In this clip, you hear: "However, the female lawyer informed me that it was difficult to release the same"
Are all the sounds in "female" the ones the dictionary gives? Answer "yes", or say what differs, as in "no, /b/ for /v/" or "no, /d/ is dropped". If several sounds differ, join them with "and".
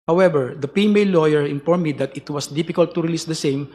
no, /p/ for /f/